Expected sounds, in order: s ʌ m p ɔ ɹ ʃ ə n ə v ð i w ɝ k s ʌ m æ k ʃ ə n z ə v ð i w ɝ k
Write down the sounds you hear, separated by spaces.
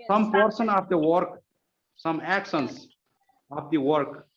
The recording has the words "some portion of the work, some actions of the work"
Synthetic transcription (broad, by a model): s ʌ m p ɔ ɹ s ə n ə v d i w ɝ k s ʌ m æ k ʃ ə n s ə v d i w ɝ k